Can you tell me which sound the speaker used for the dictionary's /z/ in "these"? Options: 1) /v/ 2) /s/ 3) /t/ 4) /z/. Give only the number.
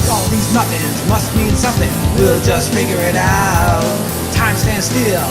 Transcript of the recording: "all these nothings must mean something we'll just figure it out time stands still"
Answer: 4